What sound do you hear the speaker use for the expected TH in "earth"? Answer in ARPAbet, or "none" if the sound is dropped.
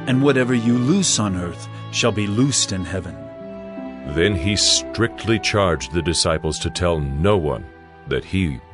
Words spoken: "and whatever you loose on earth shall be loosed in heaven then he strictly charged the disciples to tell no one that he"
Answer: TH